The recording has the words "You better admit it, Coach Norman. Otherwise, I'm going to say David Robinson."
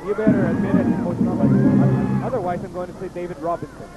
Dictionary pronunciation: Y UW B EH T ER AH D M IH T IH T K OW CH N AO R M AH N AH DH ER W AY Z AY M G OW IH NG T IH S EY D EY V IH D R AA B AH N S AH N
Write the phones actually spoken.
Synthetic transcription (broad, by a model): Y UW B EH T ER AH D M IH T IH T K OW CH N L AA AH AH DH ER W AY Z AY M G OW IH NG T IH S EY D EY V IH D R AA B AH N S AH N